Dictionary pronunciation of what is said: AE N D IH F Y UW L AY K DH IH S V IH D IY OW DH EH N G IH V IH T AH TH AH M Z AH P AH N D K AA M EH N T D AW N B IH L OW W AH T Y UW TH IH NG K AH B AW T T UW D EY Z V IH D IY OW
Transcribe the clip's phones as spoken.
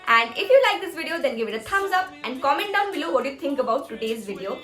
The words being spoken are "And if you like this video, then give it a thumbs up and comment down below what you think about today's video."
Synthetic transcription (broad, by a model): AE N D IH F Y UW L AY K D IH S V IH D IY OW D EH N G IH V IH T AH T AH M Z AH P AH N D K AA M EH N T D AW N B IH L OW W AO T Y UW T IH NG K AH B AW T T UW D EY Z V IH D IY OW